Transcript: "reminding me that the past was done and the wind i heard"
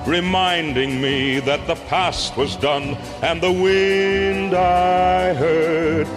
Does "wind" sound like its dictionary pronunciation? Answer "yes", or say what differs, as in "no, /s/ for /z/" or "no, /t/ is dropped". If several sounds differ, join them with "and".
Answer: yes